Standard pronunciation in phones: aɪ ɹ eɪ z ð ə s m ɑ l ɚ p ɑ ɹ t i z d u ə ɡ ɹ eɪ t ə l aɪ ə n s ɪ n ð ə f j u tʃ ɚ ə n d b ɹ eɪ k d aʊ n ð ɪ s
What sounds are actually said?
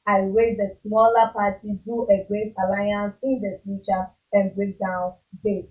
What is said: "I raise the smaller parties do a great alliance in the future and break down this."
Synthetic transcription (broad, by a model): aɪ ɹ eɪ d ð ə s m ɑ l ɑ p ɑ t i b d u ə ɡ eɪ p ə l aɪ ə n s ɪ n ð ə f j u tʃ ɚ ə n b ɹ eɪ k d aʊ n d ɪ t